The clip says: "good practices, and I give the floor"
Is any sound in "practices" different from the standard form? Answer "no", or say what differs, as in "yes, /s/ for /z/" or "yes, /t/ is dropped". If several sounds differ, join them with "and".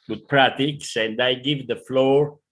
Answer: yes, /k/ is dropped